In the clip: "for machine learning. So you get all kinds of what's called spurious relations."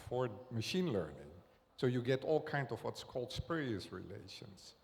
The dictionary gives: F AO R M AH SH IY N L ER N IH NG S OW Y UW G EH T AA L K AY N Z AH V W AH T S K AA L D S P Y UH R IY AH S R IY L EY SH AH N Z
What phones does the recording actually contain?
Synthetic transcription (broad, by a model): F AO R M AH SH IY N L ER N IH NG S OW Y UW G EH T AA L K AY N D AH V W AH T S K AA L D S P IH R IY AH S R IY L EY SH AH N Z